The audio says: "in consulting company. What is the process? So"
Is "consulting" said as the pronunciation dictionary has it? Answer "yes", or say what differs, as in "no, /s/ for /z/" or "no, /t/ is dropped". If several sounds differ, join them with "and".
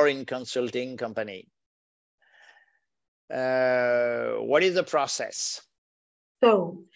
yes